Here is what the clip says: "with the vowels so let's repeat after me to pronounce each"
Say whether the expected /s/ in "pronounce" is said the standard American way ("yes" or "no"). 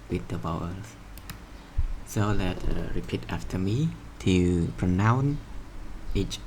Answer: no